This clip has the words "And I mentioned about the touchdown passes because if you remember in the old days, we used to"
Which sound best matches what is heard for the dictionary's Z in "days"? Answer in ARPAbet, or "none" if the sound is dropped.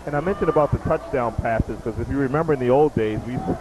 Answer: Z